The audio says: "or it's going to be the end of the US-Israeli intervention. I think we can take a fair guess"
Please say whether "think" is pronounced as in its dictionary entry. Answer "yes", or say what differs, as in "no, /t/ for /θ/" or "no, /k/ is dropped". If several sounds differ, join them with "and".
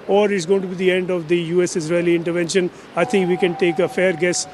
no, /t/ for /θ/